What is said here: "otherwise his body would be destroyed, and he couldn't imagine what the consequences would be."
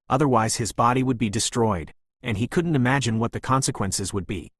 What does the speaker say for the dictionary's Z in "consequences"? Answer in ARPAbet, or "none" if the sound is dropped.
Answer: Z